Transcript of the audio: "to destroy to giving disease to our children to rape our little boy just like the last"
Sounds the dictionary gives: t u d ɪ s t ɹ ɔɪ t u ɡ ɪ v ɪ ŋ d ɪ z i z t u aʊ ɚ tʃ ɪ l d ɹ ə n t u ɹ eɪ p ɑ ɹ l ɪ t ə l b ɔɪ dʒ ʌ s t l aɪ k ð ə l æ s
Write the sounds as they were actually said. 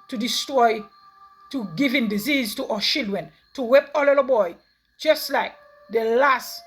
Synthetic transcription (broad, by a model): t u d ɪ s t ɹ ɔɪ t u ɡ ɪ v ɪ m d ɪ z i z t u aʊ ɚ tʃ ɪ l d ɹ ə n t u w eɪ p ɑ l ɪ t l b ɔɪ dʒ ʌ s t l aɪ k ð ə l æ s